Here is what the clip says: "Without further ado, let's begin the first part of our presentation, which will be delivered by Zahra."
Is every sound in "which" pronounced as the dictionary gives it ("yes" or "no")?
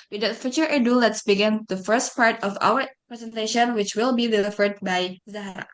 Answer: yes